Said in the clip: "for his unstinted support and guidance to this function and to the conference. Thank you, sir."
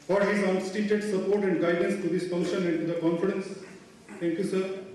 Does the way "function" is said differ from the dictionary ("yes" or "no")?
yes